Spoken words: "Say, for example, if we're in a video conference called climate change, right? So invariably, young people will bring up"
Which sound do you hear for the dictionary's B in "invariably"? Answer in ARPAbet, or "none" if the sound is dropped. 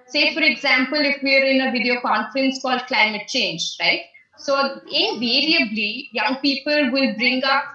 B